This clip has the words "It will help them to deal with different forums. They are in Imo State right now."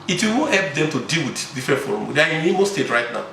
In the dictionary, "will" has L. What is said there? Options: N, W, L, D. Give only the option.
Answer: W